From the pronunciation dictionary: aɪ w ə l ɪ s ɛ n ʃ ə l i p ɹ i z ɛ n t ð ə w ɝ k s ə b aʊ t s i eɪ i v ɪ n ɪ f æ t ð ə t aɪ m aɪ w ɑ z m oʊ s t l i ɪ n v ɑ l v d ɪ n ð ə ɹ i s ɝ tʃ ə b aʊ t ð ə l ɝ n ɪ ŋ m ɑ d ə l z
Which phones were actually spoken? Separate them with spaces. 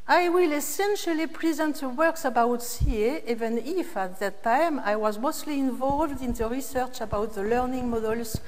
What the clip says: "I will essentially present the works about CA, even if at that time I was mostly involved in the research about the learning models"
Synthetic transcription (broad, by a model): aɪ w ə l ɪ s ɛ n ʃ ə l i p ɹ i z ɛ n t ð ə w ɝ k s ə b aʊ t s i eɪ i v ɪ n ɪ f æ t ð ə t aɪ m aɪ w ɑ z m oʊ s t l i ɪ n v ɑ l v d ɪ n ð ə ɹ i s ɝ tʃ ə b aʊ t ð ə l ɝ n ɪ ŋ m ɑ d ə l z